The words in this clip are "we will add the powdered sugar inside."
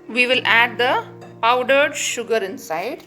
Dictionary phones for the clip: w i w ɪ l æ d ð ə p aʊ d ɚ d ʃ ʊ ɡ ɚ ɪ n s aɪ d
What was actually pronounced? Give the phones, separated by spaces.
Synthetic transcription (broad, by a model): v i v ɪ l æ d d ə p aʊ d ɚ d ʃ ʊ ɡ ɚ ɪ n s aɪ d